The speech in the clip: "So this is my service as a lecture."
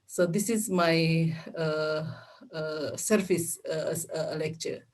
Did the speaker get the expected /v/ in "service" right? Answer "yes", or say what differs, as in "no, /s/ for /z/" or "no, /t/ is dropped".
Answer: no, /f/ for /v/